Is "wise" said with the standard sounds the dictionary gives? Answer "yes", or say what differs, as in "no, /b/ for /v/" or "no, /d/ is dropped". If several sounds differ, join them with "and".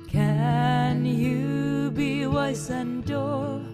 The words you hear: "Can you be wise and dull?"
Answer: no, /s/ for /z/